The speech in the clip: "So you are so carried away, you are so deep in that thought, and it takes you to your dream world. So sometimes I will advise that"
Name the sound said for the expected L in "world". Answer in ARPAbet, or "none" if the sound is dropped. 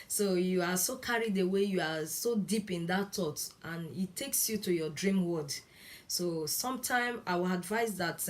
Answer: none